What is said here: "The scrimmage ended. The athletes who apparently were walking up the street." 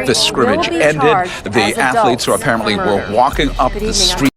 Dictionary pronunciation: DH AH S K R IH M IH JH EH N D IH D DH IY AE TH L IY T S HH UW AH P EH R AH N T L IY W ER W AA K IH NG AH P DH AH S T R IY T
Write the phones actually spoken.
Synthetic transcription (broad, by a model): DH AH S K R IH M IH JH EH N D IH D DH IY AE TH L IY T S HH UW AH P EH R AH N T L IY W ER W AA K IH NG AH P DH AH S T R IY